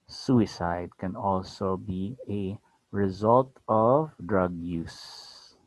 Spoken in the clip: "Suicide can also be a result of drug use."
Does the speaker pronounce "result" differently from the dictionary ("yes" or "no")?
no